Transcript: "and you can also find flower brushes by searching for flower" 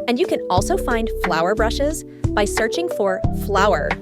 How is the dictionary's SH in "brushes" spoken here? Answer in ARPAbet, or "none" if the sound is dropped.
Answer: SH